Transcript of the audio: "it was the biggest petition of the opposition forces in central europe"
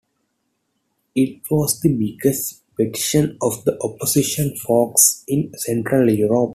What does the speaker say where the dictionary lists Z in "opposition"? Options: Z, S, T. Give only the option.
S